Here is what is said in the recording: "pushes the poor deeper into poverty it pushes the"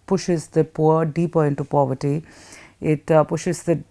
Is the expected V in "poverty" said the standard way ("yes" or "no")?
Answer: yes